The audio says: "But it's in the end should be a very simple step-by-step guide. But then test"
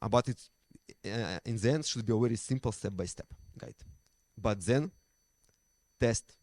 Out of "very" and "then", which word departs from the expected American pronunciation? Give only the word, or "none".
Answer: very